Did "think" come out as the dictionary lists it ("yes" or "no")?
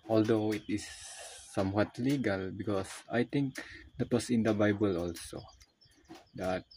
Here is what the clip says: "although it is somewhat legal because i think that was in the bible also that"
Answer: no